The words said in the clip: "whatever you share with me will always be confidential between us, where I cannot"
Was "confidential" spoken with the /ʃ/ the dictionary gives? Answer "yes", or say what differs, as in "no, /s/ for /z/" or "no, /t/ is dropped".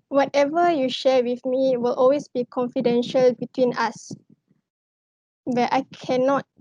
yes